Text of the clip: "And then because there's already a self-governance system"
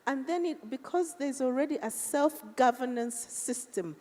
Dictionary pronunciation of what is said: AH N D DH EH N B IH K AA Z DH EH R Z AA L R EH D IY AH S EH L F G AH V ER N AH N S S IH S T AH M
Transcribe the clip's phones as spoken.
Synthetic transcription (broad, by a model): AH N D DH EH N B IH K AA Z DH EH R Z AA L R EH D IY AH S EH L F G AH V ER N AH N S S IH S T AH M